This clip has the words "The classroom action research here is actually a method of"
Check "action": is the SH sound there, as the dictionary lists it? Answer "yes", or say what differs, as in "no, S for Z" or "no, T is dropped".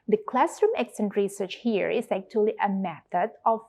no, S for SH